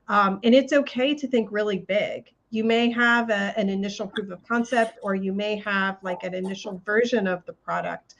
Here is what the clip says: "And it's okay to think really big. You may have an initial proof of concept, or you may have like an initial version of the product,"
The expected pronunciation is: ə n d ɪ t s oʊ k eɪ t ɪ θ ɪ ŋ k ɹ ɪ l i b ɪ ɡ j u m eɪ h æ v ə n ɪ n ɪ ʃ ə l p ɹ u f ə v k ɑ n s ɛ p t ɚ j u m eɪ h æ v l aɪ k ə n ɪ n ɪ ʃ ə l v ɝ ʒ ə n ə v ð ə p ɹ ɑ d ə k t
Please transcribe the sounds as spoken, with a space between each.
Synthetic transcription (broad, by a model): ə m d ɪ t s oʊ k eɪ t ɪ θ ɪ ŋ k ɹ ɪ l i b ɪ ɡ j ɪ m eɪ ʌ v ə n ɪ n ɪ ʃ l p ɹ u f ə v k ɑ n s ɛ p t ɚ j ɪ m eɪ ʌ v l aɪ k ə n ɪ n ɪ ʃ l v ɝ ʒ ə n ə v ð ə p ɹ ɑ d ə k t